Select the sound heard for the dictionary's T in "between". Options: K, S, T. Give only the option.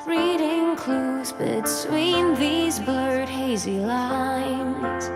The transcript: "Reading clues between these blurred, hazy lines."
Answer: S